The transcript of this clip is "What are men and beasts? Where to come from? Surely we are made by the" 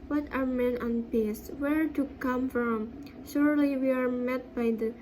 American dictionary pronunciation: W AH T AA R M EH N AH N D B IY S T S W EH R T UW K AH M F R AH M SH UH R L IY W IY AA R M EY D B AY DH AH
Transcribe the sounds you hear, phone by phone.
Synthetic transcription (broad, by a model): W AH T AA R M EH N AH N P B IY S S W EH R T UW K AH M F R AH M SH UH R L IY W IY AA R M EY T B AY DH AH